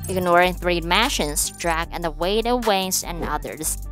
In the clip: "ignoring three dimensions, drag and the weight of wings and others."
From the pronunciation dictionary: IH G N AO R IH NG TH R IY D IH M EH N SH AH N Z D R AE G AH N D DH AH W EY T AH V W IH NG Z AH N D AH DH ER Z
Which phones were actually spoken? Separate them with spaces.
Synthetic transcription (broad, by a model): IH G N AO R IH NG TH R IY M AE SH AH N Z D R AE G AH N DH AH W EY T AH V W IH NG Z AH N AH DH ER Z